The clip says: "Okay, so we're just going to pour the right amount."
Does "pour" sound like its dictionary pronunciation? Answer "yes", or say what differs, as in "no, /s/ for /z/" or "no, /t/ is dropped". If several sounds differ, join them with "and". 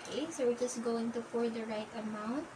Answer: no, /f/ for /p/